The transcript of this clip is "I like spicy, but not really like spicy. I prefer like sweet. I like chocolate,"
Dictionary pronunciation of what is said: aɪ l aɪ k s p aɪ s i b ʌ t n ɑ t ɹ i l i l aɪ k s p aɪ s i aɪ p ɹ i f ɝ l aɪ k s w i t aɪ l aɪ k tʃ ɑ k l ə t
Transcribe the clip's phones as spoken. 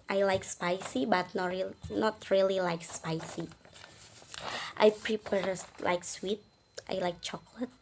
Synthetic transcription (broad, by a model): aɪ l aɪ k s p aɪ s i b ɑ t n ɑ t ɹ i l i l aɪ k s p aɪ s i aɪ p ɹ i p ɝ l aɪ k s w i t aɪ l aɪ k tʃ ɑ k l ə t